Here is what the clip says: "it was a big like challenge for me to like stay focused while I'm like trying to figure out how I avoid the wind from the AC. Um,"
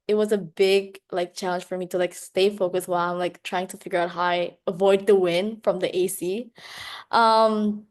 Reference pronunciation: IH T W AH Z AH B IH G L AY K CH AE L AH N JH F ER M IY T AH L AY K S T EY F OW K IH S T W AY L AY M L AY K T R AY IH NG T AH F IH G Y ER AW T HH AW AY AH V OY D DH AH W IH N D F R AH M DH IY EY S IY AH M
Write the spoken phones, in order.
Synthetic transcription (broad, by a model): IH T W AH Z AH B IH G L AY K CH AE L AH N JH F ER M IY T AH L AY K S T EY F OW K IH S W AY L AY M L AY K T R AY IH NG T AH F IH G Y ER AW T HH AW AY AH V OY D DH AH W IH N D F R AH M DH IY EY S IY AH M